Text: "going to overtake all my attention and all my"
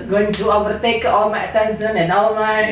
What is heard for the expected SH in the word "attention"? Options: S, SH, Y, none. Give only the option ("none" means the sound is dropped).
S